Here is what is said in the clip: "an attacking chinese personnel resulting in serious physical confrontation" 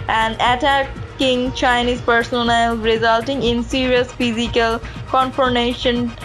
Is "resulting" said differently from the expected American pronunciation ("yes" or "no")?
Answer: no